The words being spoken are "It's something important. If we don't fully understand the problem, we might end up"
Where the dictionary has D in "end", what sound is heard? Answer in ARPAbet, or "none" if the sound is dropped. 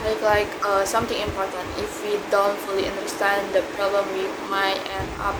none